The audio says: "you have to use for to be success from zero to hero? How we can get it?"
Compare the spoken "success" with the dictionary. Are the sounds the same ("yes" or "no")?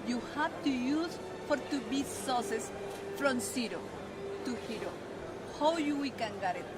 no